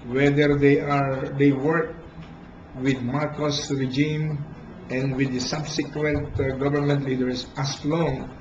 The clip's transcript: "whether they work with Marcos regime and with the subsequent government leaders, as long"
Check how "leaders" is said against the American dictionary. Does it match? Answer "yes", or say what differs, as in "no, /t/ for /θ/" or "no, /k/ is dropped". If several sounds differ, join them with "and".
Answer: no, /s/ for /z/